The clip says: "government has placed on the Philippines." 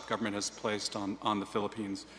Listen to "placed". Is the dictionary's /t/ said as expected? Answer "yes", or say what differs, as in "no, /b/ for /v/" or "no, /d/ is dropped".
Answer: yes